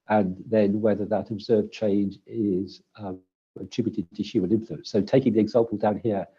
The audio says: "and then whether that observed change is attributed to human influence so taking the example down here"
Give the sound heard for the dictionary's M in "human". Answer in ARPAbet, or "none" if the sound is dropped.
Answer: none